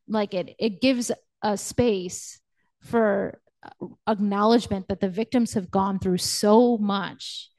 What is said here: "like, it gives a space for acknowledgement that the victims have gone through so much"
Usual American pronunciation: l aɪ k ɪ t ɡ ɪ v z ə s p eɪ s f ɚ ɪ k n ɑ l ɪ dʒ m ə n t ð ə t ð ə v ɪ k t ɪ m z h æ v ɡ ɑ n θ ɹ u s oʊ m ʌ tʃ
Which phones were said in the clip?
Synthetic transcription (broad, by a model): l aɪ k ɪ t ɡ ɪ v z ə s p eɪ s f ɚ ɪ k n ɑ l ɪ dʒ m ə n ð ə t ð ə v ɪ k t ɪ m z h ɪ v ɡ ɑ n θ ɹ u s oʊ m ʌ tʃ